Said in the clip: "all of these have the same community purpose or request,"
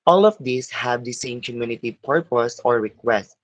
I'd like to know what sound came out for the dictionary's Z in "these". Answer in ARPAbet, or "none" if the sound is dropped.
S